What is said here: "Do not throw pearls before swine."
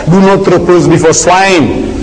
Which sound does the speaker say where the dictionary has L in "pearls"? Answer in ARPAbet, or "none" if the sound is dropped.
none